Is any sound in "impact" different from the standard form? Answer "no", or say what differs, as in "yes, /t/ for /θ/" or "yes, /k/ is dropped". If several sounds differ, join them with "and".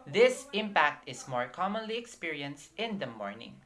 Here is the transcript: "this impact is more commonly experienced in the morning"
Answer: no